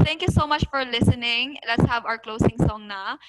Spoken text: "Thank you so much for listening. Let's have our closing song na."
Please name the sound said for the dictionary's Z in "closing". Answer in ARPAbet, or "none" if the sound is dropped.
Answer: S